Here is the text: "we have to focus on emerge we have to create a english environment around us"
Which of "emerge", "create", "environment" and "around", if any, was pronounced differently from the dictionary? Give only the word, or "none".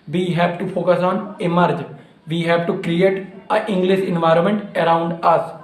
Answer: none